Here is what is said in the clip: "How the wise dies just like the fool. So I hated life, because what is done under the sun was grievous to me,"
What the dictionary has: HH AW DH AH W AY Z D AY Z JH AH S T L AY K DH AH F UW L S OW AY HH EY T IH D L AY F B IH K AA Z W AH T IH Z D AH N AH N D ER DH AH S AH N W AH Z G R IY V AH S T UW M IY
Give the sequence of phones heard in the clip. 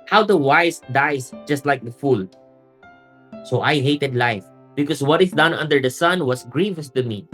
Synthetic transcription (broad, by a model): HH AW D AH W AY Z D AY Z JH AH S T L AY K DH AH F UW L S OW AY HH EY T IH D L AY F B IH K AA S W AH T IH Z D AH N AH N D ER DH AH S AH N W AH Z G R IY V AH S T UW M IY